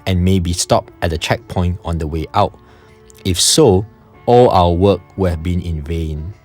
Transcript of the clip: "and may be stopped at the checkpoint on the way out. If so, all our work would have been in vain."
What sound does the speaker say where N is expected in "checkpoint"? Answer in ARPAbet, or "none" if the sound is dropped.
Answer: N